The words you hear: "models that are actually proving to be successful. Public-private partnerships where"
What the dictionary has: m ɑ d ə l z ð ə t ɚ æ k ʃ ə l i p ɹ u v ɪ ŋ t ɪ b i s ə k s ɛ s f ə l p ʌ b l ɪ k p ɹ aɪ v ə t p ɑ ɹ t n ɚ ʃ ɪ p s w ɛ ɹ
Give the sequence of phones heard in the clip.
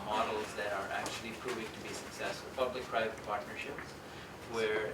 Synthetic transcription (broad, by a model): m ɑ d l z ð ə t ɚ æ k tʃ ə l i p ɹ u v ɪ ŋ t ɪ b i s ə k s ɛ s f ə p ʌ b l ɪ k p ɹ aɪ v ə t p ɑ ɹ t n ɚ ʃ ɪ p s w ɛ ɹ